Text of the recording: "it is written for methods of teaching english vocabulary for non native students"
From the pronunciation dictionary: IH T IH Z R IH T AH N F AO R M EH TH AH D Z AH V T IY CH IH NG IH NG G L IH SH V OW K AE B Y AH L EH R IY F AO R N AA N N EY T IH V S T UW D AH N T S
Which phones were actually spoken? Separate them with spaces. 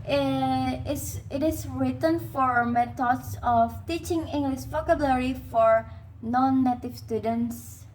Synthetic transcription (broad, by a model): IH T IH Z R IH T AH N F AO R M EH T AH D S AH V T IY CH IH NG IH NG G L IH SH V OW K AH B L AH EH R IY F AO R N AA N N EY T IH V S T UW D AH N T S